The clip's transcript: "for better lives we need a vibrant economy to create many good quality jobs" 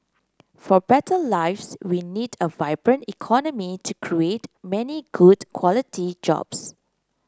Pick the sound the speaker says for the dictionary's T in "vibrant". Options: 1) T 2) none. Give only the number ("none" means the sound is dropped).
1